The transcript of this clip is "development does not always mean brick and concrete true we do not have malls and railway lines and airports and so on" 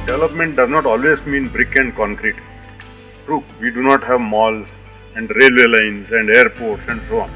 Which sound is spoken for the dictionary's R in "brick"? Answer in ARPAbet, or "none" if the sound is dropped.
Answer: R